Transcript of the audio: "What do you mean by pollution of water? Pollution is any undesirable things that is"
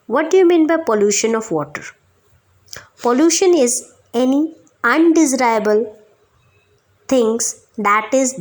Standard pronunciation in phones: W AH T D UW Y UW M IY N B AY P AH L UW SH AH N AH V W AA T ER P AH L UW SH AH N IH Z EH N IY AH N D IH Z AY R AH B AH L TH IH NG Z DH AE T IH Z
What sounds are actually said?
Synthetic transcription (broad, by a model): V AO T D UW Y UW M IY N B AY P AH L UW SH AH N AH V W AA T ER P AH L UW SH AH N IH Z EH N IY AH N D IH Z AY AH B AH L T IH NG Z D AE T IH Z